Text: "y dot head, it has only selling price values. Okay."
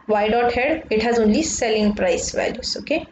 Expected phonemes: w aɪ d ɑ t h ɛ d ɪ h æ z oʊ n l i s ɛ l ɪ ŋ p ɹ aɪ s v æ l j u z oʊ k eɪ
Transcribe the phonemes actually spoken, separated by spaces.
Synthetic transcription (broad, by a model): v aɪ d ɑ t h ɛ d ɪ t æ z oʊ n l i s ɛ l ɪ ŋ p ɹ aɪ s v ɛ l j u s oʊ k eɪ